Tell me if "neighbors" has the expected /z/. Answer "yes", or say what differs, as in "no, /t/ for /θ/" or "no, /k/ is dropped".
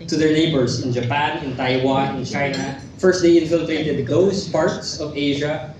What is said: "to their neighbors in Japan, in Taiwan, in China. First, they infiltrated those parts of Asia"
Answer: no, /s/ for /z/